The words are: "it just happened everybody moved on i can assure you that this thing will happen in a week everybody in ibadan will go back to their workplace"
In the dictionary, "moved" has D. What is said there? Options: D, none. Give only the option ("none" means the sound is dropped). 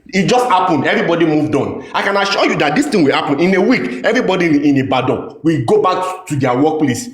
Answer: D